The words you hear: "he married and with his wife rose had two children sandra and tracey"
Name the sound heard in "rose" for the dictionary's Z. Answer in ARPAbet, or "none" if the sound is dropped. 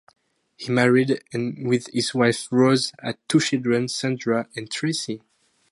Z